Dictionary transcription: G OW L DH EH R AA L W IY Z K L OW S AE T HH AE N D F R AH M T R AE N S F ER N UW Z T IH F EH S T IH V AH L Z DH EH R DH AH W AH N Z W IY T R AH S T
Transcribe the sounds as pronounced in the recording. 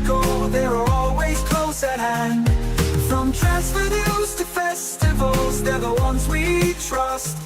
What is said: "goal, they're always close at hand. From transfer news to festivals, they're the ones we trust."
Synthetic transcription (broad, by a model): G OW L DH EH R AA L W IY Z K L OW S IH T HH AE N D F R AH M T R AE S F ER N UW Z T IH F EH S T IH V AH L Z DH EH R DH AH W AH N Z W IY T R AH S T